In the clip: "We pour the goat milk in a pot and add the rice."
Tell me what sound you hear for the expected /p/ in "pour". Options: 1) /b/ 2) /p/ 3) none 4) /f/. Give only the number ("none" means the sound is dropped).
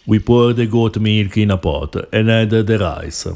2